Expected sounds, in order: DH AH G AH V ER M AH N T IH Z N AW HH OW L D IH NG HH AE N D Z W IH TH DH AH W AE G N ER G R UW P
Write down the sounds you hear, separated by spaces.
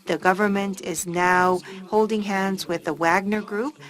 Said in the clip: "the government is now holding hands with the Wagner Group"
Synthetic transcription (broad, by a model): DH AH G AH V ER M AH N T IH Z N AW HH OW L D IH NG HH AE N D Z W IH DH AH W AE G N ER G R UW P